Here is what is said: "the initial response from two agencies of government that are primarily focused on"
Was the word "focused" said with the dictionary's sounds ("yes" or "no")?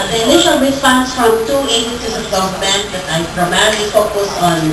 no